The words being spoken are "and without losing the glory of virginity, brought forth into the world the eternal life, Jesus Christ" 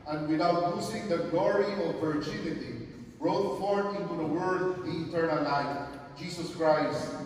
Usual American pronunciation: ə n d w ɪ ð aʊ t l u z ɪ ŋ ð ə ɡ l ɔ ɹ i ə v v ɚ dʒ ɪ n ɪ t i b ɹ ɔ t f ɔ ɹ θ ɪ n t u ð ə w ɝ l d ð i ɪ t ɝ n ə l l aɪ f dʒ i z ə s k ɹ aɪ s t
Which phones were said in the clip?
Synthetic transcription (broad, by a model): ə n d w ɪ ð aʊ t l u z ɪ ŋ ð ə ɡ l ɔ ɹ i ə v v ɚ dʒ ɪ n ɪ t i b ɹ ɔ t f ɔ ɹ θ ɪ n t u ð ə w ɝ d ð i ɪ t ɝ n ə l l aɪ f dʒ i s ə s k ɹ aɪ s t